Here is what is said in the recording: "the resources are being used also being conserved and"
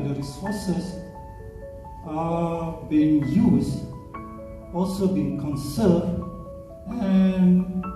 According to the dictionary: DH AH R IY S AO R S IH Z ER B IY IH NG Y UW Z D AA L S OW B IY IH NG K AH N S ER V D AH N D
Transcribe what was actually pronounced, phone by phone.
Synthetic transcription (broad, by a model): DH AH R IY S AO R S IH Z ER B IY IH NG Y UW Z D AA L S OW B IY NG K AH N S ER V D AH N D